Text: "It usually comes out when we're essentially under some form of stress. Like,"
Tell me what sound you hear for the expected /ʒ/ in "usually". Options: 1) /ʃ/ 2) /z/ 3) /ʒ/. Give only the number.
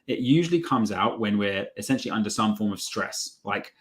3